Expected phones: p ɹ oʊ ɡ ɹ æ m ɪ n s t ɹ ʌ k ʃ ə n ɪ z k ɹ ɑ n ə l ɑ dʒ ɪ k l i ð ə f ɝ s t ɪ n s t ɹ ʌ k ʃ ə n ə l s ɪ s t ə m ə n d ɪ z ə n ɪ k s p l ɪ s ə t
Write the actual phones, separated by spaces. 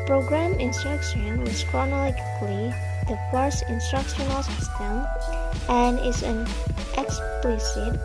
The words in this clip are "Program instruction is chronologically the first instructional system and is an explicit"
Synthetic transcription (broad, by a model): p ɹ oʊ ɡ ɹ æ m ɪ n s t ɹ ʌ k ʃ ə n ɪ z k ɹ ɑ n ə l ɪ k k l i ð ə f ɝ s ɪ n s t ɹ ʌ k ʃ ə n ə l s ɪ s t ə m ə n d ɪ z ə n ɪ k s p l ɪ s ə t